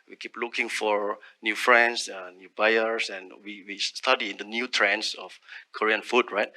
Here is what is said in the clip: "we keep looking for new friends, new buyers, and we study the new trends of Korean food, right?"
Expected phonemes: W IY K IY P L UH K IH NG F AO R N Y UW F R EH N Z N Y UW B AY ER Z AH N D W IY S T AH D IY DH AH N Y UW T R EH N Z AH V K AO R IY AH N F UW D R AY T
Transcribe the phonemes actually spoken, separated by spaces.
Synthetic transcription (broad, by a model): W IY K IY P L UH K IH NG F AO R N Y UW F R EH N S N Y UW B AY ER S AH N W W IY S T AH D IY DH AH N Y UW T R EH N S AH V K AO R IY AH N F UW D R AY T